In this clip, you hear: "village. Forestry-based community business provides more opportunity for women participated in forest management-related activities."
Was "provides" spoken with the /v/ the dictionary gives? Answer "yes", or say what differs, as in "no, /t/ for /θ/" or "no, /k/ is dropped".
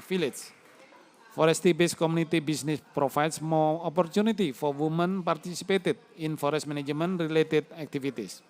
no, /f/ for /v/